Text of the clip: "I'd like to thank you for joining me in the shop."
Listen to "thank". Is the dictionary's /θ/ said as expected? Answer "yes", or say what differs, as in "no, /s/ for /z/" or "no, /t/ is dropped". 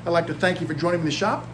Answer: yes